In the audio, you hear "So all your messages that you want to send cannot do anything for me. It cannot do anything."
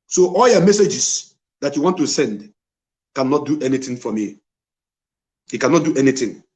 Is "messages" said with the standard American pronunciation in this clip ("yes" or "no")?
no